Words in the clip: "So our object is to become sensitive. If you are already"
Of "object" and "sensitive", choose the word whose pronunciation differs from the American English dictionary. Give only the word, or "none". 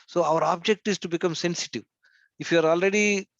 none